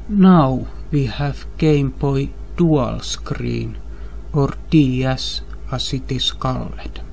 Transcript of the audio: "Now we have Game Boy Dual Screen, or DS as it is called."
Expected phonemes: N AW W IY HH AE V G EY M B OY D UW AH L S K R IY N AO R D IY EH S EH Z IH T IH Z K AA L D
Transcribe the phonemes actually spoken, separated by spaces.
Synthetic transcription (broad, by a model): N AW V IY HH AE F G EY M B OY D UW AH L S K R IY N AO R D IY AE S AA S IH T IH S K AA L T